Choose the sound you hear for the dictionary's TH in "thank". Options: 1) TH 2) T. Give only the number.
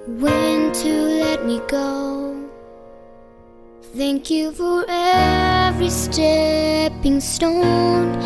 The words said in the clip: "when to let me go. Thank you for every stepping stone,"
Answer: 1